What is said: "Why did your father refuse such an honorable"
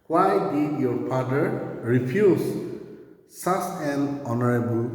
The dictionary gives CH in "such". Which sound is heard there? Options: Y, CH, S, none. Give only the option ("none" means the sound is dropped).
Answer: S